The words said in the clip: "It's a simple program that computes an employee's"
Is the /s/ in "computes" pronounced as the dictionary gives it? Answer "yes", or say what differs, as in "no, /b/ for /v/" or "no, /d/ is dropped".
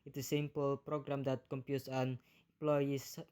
yes